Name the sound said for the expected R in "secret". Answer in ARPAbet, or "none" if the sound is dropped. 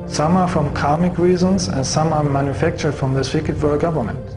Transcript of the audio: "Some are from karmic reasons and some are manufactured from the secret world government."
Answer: none